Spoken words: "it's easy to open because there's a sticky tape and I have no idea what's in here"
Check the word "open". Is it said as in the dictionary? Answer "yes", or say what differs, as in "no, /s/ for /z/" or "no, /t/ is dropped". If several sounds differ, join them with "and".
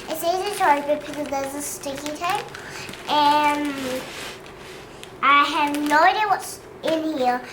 no, /b/ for /p/